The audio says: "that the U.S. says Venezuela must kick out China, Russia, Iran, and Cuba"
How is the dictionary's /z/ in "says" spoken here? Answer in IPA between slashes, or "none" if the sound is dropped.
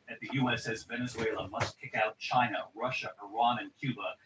/z/